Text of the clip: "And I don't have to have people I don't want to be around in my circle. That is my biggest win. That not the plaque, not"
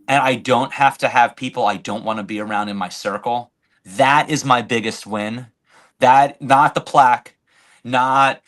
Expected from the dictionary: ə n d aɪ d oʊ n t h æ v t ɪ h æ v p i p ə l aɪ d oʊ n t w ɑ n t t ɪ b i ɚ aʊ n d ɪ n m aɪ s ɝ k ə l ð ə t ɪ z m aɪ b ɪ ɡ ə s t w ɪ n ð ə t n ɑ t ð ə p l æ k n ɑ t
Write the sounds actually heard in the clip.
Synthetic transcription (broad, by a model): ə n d aɪ d oʊ n t h æ f t ɪ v p i p l aɪ d oʊ n t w ɑ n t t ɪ b i ɚ aʊ n d ɪ n m aɪ s ɝ k l ð ə t ɪ z m aɪ b ɪ ɡ ə s t w ɪ n ð ə t n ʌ t ð ə p l æ k n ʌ t